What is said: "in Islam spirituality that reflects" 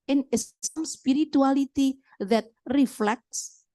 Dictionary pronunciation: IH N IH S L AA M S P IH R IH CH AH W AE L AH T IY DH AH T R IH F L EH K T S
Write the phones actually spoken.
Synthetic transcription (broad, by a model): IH N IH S AA M S P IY R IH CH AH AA L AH T IY DH AH T R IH F L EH K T S